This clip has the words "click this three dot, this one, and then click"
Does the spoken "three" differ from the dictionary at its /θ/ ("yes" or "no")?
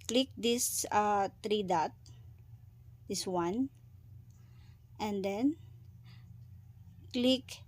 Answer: yes